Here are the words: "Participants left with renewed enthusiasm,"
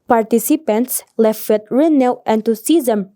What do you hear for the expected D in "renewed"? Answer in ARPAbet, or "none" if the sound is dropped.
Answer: none